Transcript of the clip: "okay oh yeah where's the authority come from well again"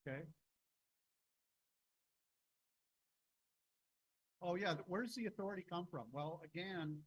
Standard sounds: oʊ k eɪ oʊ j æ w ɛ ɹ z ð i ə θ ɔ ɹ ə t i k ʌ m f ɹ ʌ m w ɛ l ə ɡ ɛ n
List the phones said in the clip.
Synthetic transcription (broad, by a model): k eɪ oʊ j æ w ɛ ɹ z ð i ə θ ɔ ɹ ə t i k ʌ m f ɹ ʌ m w ɛ l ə ɡ ɛ n